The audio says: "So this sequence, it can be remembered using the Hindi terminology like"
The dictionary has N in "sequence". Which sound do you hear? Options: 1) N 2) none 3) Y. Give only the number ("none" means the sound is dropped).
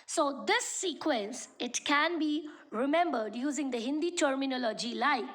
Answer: 1